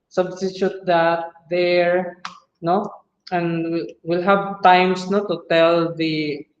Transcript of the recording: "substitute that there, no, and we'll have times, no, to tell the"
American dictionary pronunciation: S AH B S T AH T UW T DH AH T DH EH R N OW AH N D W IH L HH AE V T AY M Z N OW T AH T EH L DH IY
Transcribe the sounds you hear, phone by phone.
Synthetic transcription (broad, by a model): S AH B S T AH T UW T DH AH T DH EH R N OW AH N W W IH L HH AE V T AY M S N OW T AH T EH L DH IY